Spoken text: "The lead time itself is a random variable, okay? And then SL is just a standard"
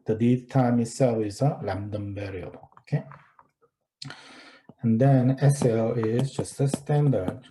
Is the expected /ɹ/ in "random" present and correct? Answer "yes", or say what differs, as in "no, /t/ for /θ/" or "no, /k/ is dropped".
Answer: no, /l/ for /ɹ/